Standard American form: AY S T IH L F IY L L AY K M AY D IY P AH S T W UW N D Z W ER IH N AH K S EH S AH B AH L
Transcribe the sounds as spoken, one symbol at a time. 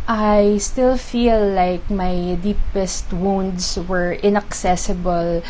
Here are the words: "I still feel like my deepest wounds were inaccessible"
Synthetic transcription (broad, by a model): AY S T IH L F IY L L AY K M AY D IY P AH S T W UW N D S W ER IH N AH K S EH S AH B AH L